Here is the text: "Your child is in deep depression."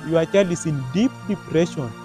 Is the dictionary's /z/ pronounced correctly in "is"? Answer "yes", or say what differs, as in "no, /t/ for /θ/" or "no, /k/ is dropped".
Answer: no, /s/ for /z/